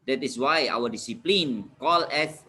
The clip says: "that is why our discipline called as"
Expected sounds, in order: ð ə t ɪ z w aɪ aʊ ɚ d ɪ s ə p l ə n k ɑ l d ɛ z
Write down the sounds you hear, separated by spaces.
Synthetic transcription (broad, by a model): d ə t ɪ s w aɪ aʊ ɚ d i s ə p l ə n k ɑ l ɛ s